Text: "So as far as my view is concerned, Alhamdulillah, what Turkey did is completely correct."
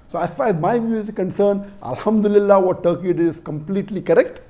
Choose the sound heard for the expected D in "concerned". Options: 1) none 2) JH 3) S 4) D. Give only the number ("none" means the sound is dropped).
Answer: 1